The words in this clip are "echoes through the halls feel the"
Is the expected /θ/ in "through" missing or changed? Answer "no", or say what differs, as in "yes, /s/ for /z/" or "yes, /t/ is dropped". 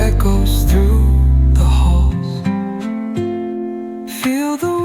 no